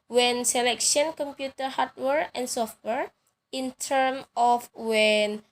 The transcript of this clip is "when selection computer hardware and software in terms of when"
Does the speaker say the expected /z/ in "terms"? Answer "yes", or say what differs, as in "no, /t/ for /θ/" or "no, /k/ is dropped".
no, /z/ is dropped